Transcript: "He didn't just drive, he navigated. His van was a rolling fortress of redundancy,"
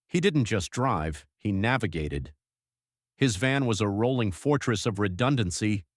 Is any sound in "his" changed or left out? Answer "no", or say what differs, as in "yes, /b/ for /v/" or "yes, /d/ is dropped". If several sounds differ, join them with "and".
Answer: no